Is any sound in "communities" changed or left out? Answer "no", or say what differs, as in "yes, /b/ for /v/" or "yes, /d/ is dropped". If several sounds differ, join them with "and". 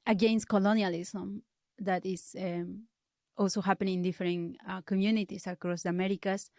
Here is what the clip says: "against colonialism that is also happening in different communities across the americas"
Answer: yes, /s/ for /z/